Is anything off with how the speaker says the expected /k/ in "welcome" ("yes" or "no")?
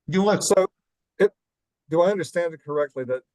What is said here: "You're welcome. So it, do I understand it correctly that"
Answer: yes